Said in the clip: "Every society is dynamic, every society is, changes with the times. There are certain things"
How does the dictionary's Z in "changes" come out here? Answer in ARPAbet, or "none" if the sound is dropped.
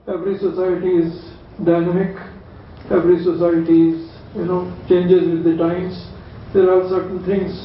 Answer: Z